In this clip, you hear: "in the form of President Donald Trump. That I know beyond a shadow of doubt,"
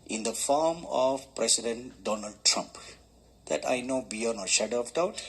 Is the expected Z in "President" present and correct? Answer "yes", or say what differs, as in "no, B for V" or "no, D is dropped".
no, S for Z